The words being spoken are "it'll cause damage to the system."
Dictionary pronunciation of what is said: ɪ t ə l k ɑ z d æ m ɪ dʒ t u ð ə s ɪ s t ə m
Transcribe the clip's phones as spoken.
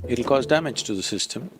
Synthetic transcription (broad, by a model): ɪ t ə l k ɑ z d æ m ɪ dʒ t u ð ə s ɪ s t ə m